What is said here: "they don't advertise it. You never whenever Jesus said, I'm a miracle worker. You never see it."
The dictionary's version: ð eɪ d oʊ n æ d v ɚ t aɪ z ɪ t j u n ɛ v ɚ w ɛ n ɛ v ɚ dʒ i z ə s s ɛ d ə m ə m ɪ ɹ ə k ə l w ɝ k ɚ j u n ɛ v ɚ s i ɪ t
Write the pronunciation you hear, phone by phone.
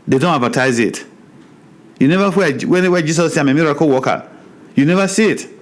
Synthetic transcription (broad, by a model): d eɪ d oʊ n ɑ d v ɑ t aɪ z ɪ t j u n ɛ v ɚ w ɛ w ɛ w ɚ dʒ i s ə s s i ə m ə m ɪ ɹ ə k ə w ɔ k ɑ j u n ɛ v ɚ s i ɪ t